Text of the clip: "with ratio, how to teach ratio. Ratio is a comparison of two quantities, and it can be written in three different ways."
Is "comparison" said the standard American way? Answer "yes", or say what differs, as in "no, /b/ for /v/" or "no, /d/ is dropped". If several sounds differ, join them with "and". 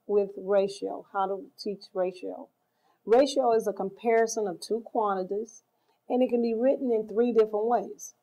yes